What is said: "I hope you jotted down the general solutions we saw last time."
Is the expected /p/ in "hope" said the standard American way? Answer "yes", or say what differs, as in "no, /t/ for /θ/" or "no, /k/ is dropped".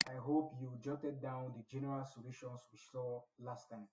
yes